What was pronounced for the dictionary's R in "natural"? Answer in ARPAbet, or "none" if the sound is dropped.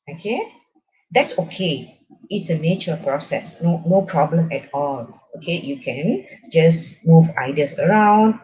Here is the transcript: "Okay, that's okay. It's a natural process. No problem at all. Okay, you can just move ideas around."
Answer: none